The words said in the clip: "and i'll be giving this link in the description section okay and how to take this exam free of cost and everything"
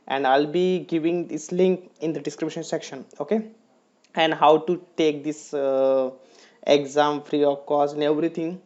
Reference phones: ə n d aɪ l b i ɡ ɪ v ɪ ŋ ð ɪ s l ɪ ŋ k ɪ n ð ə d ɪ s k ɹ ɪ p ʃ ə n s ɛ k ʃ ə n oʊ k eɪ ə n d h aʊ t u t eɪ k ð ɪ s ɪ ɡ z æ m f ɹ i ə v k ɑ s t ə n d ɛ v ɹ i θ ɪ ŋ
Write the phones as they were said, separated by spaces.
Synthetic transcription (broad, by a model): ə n d aɪ l b i ɡ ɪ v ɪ ŋ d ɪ s l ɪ ŋ k ɪ n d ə d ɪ s k ɹ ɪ b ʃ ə n s ɛ k ʃ ə n oʊ k eɪ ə n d h aʊ t u t eɪ k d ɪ s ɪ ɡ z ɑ m f ɹ i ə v k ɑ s ə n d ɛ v ɹ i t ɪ ŋ